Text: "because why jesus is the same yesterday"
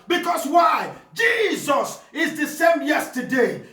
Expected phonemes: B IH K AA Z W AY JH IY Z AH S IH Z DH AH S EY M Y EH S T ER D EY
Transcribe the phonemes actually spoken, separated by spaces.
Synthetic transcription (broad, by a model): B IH K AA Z W AY JH IY Z AH S IH Z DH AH S EY M Y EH S T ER D EY